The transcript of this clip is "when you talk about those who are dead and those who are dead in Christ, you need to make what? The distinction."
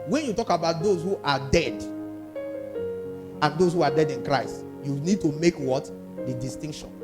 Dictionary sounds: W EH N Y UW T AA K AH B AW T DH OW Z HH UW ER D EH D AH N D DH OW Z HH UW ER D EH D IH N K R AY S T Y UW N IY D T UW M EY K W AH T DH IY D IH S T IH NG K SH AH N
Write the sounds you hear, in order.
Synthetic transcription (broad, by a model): W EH N Y UW T AA K AH B AW T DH OW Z HH UW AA D EH D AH N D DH OW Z HH UW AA D EH D IH N K R AY S T Y UW N IY D T UW M EY K W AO T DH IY D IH S T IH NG K SH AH N